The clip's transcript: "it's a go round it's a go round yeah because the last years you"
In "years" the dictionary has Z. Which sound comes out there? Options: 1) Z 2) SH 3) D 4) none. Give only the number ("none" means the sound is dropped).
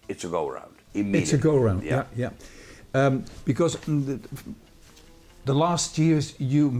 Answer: 1